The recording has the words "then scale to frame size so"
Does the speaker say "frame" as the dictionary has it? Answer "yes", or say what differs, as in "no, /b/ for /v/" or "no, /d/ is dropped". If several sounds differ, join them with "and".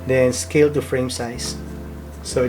yes